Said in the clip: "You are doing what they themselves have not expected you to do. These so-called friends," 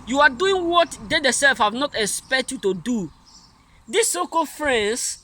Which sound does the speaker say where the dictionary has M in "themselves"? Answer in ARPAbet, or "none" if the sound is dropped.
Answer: none